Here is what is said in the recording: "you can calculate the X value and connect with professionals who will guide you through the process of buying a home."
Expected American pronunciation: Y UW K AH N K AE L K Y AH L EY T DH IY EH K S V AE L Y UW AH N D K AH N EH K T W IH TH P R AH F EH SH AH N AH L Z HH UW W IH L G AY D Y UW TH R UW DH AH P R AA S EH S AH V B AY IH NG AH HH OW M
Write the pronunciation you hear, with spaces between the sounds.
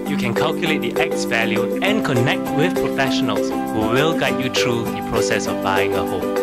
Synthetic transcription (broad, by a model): Y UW K AH N K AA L K Y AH L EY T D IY EH K S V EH L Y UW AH N K AH N EH K T W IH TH P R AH F EH SH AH N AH L S HH UW W IH L G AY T Y UW T R UW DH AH P R AA S EH S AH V B AY IH NG AH HH OW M